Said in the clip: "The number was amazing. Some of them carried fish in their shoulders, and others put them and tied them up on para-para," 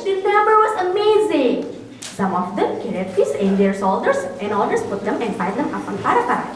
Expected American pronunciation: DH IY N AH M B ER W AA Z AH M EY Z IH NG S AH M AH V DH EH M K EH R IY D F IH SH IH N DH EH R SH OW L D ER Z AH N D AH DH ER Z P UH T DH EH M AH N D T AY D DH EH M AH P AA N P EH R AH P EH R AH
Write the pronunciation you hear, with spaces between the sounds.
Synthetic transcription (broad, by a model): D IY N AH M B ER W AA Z AH M EY Z IH NG S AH M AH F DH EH M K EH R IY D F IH S IH N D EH R S OW L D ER S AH N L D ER S P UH T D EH M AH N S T AY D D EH M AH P AA N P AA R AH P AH